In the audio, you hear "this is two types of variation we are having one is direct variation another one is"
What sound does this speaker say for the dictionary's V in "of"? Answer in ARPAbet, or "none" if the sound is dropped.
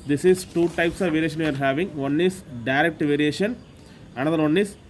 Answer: V